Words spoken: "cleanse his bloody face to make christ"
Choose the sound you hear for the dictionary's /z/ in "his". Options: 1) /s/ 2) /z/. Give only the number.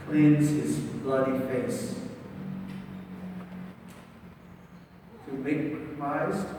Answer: 2